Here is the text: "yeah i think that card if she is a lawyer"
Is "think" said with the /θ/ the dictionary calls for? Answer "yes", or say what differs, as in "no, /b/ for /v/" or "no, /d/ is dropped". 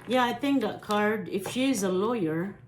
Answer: yes